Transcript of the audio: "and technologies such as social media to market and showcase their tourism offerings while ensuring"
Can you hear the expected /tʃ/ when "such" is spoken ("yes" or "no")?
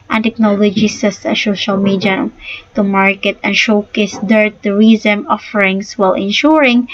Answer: no